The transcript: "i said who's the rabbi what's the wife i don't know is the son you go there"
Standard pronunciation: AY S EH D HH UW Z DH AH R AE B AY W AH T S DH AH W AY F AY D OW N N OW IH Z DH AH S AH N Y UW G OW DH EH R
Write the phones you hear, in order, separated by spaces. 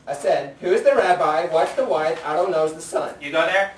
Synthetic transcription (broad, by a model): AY S EH D HH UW Z DH AH R AE B AY W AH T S DH AH W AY AY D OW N N OW IH Z DH AH S AH N Y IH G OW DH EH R